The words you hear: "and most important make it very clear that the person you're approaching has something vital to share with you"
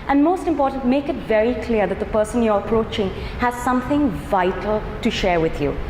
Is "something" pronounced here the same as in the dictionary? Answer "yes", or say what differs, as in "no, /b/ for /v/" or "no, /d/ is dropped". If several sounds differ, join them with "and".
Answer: yes